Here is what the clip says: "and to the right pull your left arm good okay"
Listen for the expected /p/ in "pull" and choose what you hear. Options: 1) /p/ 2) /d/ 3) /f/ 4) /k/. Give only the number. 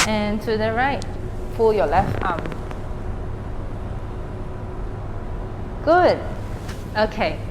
3